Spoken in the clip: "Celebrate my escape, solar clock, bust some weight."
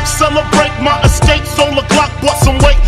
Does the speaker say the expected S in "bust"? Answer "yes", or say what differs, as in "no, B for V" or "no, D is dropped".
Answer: no, S is dropped